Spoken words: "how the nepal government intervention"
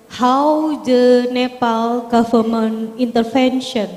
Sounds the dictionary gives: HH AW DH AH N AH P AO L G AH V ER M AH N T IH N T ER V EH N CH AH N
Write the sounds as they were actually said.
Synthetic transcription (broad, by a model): HH AW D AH N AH P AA L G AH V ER M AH N IY N T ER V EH N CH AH N